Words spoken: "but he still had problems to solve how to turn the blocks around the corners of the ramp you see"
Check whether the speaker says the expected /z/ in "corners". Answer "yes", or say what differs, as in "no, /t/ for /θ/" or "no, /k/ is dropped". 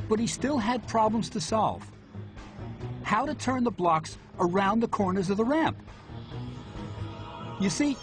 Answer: yes